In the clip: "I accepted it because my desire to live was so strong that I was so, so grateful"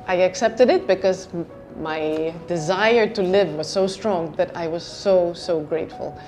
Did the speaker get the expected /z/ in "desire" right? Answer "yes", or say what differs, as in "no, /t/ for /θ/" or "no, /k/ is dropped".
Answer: yes